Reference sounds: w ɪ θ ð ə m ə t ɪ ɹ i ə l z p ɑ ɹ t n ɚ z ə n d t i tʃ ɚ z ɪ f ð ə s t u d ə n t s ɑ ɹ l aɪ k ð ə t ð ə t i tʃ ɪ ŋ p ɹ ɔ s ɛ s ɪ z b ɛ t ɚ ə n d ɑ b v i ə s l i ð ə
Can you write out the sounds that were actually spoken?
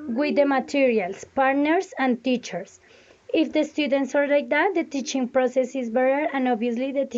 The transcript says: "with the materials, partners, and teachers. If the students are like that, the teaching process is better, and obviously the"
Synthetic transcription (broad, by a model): w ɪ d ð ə m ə t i ɹ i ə l s p ɑ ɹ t n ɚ s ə n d t i tʃ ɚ s ɪ f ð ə s t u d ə n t s ɑ ɹ l aɪ k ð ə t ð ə t i tʃ ɪ ŋ p ɹ ɔ s ɛ s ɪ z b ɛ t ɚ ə n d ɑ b i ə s l i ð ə